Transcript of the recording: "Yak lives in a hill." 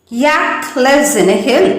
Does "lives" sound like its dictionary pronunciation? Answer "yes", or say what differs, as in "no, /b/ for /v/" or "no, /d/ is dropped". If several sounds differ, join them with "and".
no, /v/ is dropped